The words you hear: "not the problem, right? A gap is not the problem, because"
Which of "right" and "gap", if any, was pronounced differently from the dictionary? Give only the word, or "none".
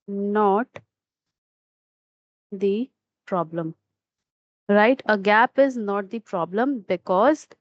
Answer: none